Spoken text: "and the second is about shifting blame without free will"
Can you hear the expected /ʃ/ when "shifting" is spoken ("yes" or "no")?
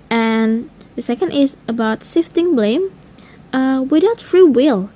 no